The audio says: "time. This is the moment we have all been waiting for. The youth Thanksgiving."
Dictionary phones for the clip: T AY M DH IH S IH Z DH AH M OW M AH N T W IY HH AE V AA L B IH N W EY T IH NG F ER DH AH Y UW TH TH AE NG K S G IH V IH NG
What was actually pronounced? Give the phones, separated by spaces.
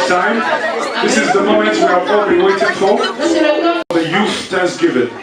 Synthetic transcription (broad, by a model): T AY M DH IH S IH Z DH AH M OW M AH N T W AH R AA P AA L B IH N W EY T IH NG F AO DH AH Y UW TH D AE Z G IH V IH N